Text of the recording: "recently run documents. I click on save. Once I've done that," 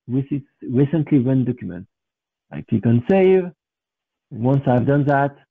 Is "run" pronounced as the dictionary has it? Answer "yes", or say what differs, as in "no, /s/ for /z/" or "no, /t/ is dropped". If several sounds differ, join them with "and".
no, /w/ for /ɹ/